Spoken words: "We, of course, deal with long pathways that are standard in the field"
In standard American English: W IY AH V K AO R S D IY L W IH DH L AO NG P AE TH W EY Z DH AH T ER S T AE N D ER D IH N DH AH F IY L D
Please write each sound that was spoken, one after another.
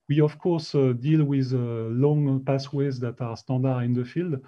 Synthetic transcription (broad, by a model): W IY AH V K AO R S D IY L W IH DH L AO NG P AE S W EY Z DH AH T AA S T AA D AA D IH N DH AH F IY L D